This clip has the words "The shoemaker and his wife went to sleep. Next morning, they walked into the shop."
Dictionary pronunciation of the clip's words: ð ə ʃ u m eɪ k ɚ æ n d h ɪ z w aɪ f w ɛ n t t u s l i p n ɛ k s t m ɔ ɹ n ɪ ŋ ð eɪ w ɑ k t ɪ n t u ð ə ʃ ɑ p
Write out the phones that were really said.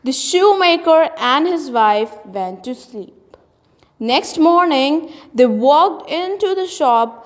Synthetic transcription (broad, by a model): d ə ʃ u m eɪ k ɚ æ n d h ɪ z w aɪ f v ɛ n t t u s l i p n ɛ k s t m ɔ ɹ n ɪ ŋ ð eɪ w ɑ k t ɪ n t u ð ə ʃ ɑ p